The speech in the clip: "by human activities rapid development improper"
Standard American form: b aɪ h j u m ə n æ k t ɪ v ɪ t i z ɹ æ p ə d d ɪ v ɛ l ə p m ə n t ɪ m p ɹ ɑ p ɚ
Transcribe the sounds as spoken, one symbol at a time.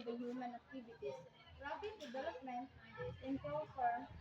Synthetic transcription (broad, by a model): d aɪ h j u m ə n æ k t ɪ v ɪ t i s ɹ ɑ b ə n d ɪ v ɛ l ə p m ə n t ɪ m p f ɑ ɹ